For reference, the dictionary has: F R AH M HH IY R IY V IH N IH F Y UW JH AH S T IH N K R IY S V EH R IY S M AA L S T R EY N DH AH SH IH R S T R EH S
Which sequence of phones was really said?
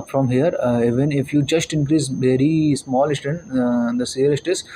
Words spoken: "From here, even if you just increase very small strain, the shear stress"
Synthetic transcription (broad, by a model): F R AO M HH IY R IY V IH N IH F Y UW JH AH S T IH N K R IY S V EH R IY S M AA L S T EY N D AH S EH L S T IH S